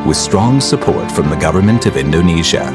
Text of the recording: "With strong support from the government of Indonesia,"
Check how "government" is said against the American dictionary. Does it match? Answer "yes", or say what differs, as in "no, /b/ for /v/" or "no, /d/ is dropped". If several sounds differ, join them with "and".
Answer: yes